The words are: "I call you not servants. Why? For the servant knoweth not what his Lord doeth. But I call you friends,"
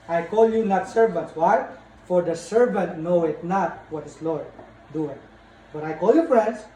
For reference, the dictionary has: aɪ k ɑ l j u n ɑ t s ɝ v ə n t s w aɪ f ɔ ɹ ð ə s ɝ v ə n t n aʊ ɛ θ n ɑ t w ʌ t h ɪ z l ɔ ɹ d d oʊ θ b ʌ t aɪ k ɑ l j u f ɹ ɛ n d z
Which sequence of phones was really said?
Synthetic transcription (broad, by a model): aɪ k ɑ l j u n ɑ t s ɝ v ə n t s w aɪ f ɔ ɹ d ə s ɝ v ə n t n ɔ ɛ t n ɑ t w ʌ t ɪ s l ɔ ɹ d d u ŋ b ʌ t aɪ k ɑ l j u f ɹ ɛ n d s